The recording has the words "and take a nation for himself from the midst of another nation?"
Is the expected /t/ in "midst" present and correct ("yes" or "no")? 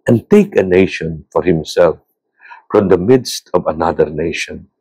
yes